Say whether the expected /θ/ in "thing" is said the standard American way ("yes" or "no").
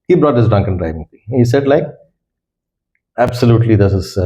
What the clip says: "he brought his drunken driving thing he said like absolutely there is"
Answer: no